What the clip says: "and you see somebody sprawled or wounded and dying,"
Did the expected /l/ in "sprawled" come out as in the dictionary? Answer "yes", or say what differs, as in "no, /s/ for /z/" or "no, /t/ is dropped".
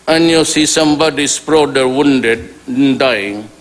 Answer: no, /l/ is dropped